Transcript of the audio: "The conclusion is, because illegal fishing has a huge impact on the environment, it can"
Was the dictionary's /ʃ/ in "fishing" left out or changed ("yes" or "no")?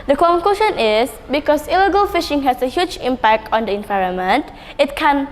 no